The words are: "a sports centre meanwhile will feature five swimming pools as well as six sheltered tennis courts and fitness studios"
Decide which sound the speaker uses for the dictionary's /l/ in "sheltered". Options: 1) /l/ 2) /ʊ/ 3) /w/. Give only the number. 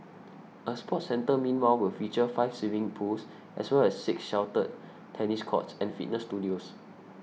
3